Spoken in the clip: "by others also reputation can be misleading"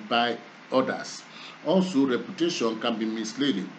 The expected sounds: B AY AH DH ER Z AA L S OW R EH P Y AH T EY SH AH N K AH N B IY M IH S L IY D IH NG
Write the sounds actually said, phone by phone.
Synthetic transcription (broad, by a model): B AY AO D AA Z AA N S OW R EH P Y AH T EY SH AH N K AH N B IY M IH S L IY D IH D